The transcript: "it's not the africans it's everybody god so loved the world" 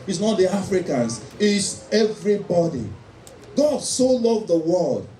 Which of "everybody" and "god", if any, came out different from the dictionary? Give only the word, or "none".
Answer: none